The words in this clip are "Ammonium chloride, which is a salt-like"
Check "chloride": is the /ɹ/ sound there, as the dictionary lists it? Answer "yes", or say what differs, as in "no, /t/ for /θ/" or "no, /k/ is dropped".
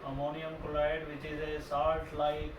no, /l/ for /ɹ/